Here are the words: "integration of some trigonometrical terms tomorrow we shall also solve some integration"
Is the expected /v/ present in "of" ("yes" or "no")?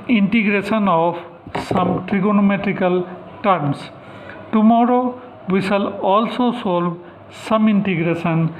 no